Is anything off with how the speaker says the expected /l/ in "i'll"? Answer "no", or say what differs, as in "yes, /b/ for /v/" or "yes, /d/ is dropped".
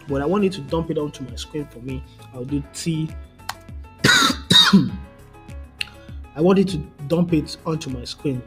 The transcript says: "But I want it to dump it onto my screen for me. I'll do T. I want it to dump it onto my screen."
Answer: yes, /w/ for /l/